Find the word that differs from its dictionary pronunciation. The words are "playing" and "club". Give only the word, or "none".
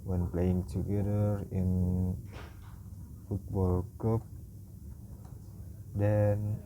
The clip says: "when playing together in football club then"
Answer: club